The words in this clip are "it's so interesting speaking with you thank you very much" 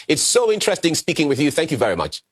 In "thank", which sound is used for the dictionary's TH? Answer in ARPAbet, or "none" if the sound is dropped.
TH